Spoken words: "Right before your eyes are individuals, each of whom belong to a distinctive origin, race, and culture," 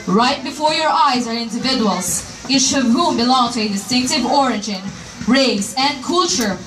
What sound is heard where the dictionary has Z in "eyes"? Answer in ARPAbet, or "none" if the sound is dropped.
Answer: Z